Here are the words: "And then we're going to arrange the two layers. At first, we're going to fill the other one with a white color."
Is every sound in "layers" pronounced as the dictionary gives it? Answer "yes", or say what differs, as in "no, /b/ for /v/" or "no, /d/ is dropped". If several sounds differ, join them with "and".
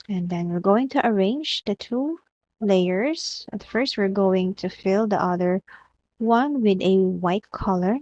no, /s/ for /z/